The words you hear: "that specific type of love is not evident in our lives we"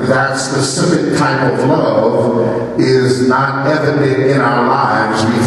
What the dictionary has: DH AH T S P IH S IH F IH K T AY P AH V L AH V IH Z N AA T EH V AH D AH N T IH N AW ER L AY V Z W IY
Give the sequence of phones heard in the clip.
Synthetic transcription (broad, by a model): DH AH T S P IH S IH F IH K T AY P AH V L AH V IH Z N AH T EH V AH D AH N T IH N AW ER L AY V Z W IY